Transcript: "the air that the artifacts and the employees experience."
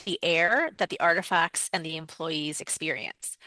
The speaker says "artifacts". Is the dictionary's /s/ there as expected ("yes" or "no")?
yes